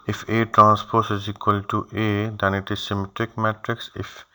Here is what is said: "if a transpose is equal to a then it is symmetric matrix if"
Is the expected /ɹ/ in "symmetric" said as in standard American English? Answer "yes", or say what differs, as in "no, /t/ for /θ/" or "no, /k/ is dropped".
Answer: yes